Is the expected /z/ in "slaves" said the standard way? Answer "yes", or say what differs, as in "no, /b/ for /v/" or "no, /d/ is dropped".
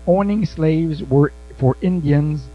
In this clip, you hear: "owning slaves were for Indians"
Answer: yes